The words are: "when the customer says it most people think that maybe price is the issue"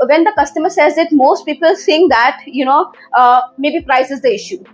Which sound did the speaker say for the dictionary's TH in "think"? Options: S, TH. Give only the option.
S